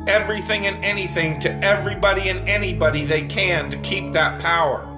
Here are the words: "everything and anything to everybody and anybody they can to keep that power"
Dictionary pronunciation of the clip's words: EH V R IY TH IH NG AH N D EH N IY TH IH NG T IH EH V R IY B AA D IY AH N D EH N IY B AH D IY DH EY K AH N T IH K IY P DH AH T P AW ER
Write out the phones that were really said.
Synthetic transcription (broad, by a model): EH V R IY TH IH NG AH N EH N IY TH IH NG T IH EH V R IY B AA D IY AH N EH N IY B AH D IY DH EY K AH N T IH K IY P DH AH T P AW ER